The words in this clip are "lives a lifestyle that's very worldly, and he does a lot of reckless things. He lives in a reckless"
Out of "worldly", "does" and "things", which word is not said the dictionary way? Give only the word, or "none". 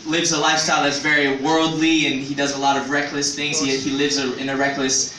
none